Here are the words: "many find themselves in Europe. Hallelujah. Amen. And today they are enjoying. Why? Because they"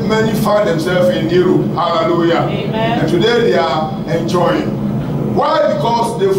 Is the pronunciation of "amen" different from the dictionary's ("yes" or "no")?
yes